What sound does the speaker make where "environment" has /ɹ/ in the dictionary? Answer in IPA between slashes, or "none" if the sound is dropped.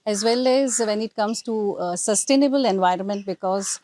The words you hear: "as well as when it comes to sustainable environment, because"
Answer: /ɹ/